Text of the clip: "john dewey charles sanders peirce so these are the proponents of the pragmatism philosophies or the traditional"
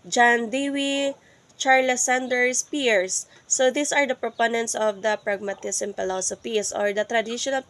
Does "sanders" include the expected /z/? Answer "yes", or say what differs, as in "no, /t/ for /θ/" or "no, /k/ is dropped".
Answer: no, /s/ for /z/